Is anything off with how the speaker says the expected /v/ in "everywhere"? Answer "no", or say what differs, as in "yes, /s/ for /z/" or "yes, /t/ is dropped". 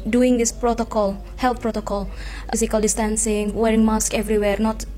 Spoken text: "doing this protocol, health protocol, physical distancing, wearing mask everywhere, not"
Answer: no